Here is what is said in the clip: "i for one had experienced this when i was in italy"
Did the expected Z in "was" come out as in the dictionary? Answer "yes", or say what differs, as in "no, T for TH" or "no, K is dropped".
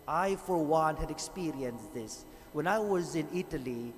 yes